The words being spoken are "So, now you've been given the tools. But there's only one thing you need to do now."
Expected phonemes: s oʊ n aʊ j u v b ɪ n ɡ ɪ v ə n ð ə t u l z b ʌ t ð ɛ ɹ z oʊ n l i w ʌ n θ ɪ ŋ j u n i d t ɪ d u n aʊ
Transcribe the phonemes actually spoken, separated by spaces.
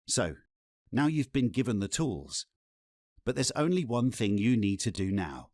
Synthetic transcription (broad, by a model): s oʊ n aʊ j u v b ɪ n ɡ ɪ v ə n ð ə t u l z b ʌ t ð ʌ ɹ z oʊ n l i w ʌ n θ ɪ ŋ j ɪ n i d t ɪ d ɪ n aʊ